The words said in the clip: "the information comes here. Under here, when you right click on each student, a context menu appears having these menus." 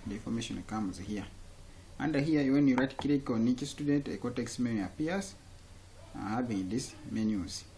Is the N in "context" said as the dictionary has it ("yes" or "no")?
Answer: no